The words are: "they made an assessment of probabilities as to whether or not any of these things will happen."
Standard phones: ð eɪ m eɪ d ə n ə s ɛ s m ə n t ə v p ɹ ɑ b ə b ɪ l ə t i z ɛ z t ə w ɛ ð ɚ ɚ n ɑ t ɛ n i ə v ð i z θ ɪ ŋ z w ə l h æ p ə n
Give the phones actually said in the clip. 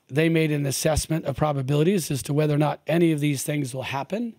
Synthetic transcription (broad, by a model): ð eɪ m eɪ d ə n ə s ɛ s m ə n t ə v p ɹ ɑ b ə b ɪ l ə t i z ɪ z t ə w ɛ ð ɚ ɚ n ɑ t ɛ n i ə v ð i z θ ɪ ŋ z w ə l h æ p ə n